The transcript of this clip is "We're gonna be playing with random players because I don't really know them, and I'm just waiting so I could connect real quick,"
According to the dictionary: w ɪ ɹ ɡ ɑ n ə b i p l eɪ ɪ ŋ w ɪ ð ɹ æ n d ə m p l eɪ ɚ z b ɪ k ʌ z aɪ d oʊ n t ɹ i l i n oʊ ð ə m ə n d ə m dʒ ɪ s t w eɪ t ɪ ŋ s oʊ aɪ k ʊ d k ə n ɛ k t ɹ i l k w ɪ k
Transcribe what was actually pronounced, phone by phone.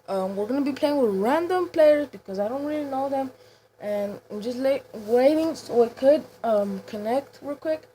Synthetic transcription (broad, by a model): w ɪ ɹ ɡ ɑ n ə b i p l eɪ ɪ ŋ w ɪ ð ɹ æ n d ə m p l eɪ ɚ z b ɪ k ʌ z aɪ d oʊ n t ɹ i l i n oʊ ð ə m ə n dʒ ə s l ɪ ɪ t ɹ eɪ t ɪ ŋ s oʊ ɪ k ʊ d k ə n ɛ k t w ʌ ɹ k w ɪ k